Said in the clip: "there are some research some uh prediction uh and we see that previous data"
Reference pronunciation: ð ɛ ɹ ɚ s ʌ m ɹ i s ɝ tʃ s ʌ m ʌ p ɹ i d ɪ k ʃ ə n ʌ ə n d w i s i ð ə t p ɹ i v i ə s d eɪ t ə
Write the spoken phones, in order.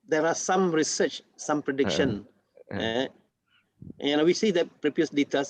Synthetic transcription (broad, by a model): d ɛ ɹ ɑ s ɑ m ɹ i s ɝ tʃ s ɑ m p ɹ i d ɪ k ʃ ə n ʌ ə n w i s i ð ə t p ɹ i p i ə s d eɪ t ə